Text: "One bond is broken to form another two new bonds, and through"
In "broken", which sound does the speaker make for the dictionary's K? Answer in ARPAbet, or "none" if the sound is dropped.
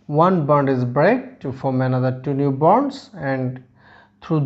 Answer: none